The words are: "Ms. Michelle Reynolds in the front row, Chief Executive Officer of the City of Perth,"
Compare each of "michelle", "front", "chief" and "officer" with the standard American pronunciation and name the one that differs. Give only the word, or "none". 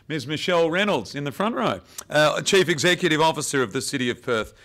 none